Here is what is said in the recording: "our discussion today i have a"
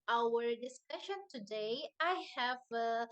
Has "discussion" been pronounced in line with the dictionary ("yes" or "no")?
yes